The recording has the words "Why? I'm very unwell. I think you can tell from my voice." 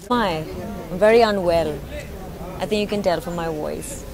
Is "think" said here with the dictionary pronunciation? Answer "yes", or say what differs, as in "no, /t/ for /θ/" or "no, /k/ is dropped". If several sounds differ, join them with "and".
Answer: yes